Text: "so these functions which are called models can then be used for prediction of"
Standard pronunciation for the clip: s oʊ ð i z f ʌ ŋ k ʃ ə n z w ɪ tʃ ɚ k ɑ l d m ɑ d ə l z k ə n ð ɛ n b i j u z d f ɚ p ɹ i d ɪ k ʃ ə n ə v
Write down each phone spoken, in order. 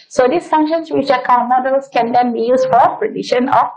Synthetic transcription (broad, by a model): s oʊ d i s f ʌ ŋ k ʃ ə n s w ɪ tʃ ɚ k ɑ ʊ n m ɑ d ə l s k ə n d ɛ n b i j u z f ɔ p ɹ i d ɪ ʃ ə n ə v